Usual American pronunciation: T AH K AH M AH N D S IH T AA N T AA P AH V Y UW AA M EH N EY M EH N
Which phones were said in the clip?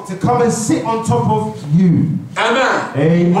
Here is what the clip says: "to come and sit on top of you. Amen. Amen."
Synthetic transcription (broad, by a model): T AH K AH M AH N S IH T N T AA P AH V Y UW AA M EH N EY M